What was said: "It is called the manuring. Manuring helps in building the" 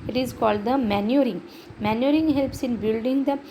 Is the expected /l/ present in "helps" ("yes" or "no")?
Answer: yes